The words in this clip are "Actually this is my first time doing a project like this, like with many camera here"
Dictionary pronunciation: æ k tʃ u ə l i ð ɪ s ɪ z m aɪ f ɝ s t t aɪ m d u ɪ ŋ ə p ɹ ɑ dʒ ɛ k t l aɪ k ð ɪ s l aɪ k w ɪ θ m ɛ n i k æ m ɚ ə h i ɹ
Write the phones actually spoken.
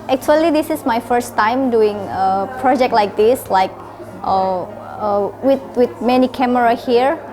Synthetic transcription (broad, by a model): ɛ k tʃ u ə l i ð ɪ s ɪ s m aɪ f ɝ s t t aɪ m d u ɪ ŋ ə p ɹ ɑ dʒ ɛ k t l aɪ k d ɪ s l aɪ k w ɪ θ m ɛ n i k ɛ m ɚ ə h i ɹ